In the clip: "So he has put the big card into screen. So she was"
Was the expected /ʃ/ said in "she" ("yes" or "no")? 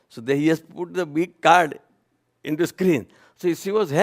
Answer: no